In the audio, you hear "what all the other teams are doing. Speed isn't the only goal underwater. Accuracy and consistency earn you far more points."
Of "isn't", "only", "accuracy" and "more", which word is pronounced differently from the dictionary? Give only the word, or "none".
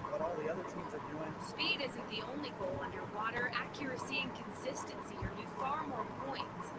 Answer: none